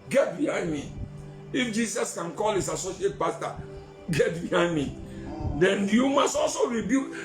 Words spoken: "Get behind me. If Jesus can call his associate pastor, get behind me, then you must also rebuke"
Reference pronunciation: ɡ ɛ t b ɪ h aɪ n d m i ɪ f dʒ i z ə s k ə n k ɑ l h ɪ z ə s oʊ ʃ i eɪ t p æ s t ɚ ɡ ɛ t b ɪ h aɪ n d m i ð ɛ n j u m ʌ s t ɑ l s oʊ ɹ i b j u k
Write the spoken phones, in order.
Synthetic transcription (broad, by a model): ɡ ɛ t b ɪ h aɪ m i ɪ f dʒ i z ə s k ə n k ɑ l h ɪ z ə s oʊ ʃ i eɪ t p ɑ s t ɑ ɡ ɛ t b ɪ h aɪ m i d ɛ n j u m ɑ s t ɑ l s oʊ ɹ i b j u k